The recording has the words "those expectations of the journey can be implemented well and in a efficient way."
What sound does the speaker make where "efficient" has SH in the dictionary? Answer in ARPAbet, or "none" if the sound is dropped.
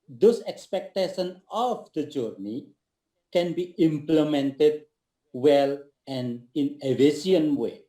none